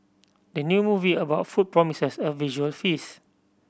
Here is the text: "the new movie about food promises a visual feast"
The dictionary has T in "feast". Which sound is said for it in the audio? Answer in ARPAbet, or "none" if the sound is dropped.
none